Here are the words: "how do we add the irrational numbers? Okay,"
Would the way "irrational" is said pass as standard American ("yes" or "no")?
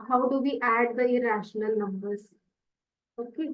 yes